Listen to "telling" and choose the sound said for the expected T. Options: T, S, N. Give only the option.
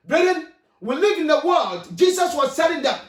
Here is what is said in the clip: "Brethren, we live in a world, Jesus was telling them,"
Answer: S